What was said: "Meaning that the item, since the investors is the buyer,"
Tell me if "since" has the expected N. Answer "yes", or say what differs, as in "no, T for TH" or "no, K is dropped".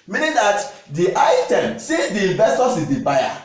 no, N is dropped